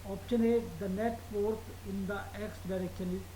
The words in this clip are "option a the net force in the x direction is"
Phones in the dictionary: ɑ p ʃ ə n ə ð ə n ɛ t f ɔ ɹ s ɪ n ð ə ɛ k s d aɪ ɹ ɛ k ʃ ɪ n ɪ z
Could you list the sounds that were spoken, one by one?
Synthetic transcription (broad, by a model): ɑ p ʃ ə n ə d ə n ɛ t p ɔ ɹ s ɪ n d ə ɛ k s d aɪ ɹ ɛ k ʃ ɪ n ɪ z